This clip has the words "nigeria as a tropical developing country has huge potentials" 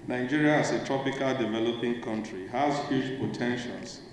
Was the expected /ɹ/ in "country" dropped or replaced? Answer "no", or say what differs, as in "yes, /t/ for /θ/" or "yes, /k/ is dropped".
no